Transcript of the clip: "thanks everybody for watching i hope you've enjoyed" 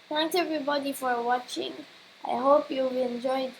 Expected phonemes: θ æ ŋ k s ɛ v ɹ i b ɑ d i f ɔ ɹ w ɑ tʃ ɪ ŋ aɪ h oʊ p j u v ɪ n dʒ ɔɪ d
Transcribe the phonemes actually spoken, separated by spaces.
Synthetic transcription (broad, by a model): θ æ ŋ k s ɛ v ɹ i b ɑ d i f ɔ ɹ w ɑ tʃ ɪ ŋ aɪ h oʊ p j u b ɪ n dʒ ɔɪ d